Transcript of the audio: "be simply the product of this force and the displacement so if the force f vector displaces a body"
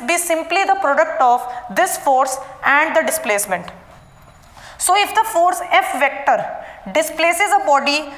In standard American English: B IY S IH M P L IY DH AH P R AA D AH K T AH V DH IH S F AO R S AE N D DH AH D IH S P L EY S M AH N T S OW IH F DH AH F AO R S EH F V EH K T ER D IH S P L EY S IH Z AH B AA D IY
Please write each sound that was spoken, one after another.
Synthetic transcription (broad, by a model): B IY S IH M P L IY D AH P R AA D AH K T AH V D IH S F AO R S AE N D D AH D IH S P L EY S M AH N T S OW IH F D AH F AO R S EH F V EH K T ER D IH S P L EY S IH Z AH B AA D IY